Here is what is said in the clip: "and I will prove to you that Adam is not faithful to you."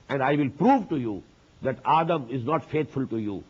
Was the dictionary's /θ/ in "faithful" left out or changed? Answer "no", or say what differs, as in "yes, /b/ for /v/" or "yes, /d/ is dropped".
yes, /t/ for /θ/